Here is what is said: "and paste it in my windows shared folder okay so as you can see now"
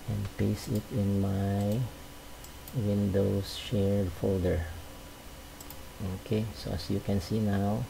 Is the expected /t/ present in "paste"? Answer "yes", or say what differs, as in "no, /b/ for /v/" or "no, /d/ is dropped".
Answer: no, /t/ is dropped